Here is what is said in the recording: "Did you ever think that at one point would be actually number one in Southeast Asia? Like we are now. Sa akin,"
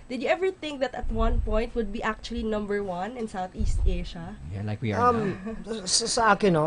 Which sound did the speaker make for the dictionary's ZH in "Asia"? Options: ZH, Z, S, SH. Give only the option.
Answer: SH